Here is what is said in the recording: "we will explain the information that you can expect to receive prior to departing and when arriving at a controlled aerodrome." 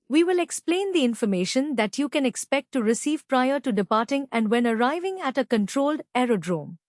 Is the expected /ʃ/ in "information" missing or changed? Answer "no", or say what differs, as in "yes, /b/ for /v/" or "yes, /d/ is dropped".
no